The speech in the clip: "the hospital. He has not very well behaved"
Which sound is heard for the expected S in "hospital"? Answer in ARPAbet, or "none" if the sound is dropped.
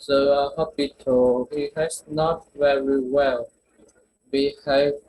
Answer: none